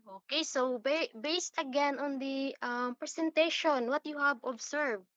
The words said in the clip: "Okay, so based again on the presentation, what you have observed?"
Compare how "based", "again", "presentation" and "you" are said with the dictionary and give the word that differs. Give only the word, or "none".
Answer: presentation